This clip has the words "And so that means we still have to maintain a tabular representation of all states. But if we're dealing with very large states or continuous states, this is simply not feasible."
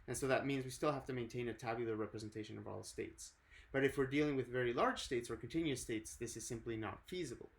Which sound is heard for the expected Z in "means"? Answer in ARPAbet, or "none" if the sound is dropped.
Z